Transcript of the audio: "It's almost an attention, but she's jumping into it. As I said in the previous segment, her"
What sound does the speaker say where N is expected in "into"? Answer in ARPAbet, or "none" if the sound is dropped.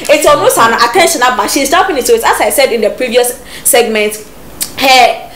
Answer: none